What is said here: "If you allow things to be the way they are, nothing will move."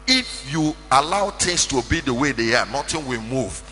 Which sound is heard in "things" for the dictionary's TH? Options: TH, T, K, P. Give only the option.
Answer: T